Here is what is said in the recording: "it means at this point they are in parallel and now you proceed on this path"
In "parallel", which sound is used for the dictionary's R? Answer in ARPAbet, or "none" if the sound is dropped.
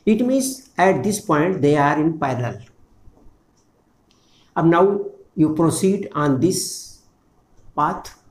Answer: none